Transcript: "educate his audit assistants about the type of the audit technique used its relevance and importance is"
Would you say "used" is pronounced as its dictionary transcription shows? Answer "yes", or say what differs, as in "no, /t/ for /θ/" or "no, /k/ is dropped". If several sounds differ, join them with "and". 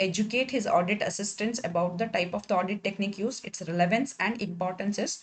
no, /d/ is dropped